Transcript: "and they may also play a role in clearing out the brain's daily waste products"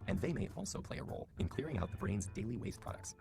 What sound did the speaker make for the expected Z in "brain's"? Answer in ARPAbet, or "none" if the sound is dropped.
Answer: Z